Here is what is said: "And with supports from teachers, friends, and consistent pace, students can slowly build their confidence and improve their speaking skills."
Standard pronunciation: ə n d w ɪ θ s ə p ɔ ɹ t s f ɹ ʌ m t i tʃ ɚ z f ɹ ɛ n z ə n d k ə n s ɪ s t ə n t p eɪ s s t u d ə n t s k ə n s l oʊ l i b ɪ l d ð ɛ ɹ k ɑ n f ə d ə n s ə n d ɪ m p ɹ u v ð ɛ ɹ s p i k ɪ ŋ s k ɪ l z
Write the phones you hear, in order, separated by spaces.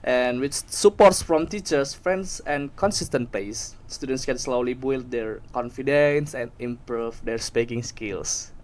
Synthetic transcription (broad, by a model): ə n w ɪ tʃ s ə p ɔ ɹ t s f ɹ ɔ m t i tʃ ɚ s f ɹ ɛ n s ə n k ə n s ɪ s t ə n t p eɪ s s t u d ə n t s k ə n s l oʊ l i b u l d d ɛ ɹ k ɑ n f ə d ə n s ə n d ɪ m p ɹ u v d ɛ ɹ s p i k ɪ ŋ s k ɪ l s